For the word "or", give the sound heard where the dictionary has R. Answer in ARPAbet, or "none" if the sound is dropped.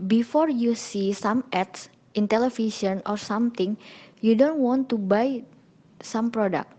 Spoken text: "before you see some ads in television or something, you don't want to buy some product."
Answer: R